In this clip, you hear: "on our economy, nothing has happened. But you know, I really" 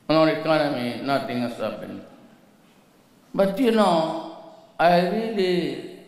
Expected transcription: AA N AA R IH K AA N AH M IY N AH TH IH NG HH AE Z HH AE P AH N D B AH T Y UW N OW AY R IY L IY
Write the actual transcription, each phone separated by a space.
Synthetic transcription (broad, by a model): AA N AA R IH K AA N AH M IY N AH T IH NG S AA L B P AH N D B AH T Y UW N OW AY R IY L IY